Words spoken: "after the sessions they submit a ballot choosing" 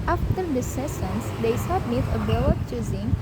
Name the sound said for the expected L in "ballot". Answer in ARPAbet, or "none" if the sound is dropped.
W